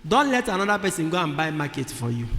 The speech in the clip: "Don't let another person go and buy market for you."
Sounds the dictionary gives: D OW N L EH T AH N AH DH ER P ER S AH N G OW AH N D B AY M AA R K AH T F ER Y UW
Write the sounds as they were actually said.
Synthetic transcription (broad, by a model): D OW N L EH T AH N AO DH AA P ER S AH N G OW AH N B AY M AA K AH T F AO Y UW